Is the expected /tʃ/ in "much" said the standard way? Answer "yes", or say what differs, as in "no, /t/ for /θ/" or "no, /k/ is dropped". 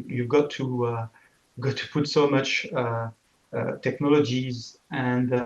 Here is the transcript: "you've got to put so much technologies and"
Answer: yes